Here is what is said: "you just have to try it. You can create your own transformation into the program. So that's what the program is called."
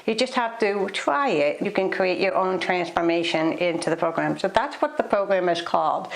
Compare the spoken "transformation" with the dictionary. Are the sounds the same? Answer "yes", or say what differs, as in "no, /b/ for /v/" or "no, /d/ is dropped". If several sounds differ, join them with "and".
yes